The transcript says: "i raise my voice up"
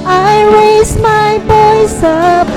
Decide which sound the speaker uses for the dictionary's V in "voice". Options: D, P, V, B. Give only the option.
B